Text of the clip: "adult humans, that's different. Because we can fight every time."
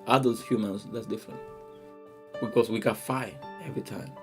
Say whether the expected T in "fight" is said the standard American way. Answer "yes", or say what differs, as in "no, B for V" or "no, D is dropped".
no, T is dropped